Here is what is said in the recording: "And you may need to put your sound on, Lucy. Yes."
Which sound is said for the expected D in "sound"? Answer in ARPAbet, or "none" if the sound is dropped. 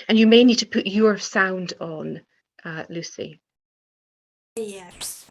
D